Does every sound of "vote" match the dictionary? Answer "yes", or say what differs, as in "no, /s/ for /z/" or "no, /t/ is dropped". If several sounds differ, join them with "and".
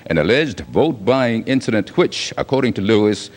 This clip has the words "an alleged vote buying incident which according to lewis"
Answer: yes